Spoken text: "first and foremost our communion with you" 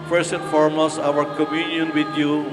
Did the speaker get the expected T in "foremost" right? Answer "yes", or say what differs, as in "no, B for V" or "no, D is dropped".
no, T is dropped